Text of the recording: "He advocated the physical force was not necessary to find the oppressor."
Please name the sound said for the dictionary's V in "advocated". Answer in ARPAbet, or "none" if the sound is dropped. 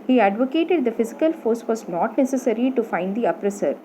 V